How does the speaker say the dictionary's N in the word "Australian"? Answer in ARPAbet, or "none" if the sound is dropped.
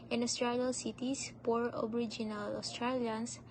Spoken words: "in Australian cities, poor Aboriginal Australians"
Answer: L